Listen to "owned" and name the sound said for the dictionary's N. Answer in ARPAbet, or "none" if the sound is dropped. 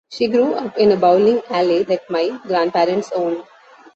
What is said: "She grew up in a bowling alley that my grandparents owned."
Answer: N